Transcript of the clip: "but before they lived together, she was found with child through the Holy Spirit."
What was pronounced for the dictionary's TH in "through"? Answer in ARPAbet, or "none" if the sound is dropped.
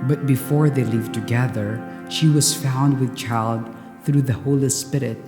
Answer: TH